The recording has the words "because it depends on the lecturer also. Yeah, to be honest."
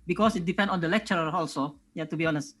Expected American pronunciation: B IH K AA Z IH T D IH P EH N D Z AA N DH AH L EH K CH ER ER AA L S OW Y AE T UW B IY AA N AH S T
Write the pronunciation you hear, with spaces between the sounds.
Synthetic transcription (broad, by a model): B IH K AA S IH T D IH P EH N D AA N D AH L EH K CH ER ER AA L S OW Y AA T UW B IY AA N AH S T